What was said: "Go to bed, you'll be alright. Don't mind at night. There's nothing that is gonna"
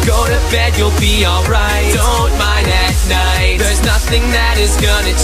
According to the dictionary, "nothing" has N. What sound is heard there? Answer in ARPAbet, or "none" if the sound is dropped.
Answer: N